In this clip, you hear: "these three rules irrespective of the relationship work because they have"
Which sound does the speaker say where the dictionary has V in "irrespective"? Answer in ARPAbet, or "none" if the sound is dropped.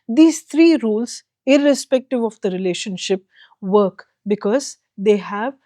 V